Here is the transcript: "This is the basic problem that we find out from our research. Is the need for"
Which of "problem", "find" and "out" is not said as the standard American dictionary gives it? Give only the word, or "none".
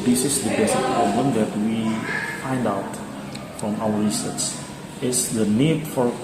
none